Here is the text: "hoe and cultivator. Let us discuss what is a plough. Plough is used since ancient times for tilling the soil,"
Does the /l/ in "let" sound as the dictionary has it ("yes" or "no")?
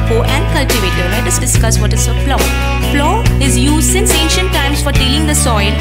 no